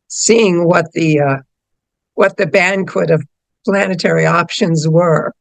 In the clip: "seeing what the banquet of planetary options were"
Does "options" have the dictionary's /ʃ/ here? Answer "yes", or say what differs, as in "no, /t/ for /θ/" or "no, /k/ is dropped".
yes